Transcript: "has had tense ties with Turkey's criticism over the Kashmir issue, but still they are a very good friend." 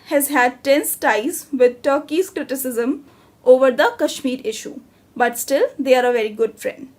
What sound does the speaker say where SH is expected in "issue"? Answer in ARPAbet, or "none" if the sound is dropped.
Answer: SH